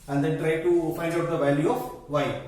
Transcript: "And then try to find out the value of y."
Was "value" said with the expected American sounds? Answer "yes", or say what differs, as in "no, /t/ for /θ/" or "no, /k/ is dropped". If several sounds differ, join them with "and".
yes